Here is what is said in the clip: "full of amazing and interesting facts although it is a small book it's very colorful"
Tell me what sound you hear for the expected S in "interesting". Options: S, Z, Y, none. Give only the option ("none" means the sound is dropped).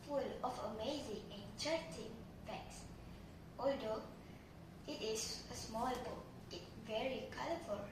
none